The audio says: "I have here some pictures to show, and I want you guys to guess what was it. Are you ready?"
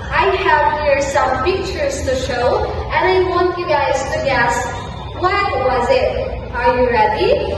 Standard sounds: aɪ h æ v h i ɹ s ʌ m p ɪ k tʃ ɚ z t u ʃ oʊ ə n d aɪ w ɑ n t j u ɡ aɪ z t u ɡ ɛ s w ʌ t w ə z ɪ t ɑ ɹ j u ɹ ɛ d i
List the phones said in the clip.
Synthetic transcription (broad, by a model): aɪ h æ v h i ɹ s ʌ m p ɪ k tʃ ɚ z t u ʃ oʊ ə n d aɪ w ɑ n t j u ɡ aɪ z t u ɡ ɛ s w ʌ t w ə z ɪ t ɑ ɹ j u ɹ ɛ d i